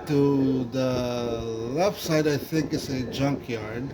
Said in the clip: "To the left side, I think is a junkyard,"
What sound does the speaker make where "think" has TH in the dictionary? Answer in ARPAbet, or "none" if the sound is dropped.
TH